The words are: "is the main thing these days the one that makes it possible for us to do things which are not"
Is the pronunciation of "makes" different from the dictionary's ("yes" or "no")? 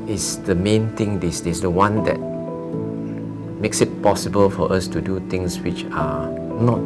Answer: no